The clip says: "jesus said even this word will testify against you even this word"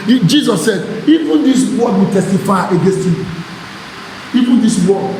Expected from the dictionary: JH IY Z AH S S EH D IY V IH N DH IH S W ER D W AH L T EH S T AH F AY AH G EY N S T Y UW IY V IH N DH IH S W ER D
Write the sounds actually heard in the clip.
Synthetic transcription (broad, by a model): JH IY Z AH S S EH D IY V IH N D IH S W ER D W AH T EH S T AH F AY AH G EY N S T Y UW IY V IH N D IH S W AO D